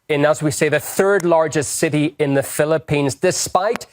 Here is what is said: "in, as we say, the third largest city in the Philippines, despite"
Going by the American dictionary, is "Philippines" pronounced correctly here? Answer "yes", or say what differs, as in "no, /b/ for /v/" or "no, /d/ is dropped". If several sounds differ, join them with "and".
yes